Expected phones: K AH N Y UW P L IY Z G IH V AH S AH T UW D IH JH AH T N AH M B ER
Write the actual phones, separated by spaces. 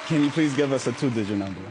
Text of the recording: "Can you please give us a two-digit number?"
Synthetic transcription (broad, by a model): K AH N Y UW P L IY Z G IH V AH S AH T UW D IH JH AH N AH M B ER